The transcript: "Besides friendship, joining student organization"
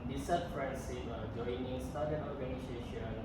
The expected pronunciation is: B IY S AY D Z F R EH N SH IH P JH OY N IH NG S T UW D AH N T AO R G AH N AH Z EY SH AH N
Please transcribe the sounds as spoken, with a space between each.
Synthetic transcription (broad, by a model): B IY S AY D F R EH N S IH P JH OY N IH NG S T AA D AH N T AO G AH N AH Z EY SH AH N